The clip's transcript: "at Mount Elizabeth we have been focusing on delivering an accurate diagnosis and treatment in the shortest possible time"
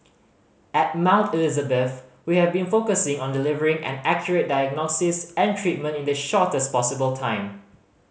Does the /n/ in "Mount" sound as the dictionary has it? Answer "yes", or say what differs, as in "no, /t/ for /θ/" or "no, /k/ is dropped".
yes